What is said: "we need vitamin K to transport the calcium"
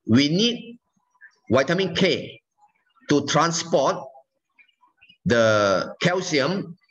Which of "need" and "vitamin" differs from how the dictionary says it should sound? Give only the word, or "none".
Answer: vitamin